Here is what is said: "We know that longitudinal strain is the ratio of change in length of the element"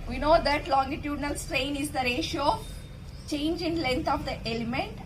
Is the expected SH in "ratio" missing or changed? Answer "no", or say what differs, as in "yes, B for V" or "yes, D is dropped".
no